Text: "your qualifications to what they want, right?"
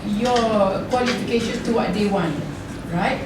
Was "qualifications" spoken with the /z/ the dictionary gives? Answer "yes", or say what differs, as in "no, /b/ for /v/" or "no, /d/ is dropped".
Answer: no, /z/ is dropped